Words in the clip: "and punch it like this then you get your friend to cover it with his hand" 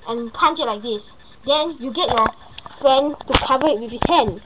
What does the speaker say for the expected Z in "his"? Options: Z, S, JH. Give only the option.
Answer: S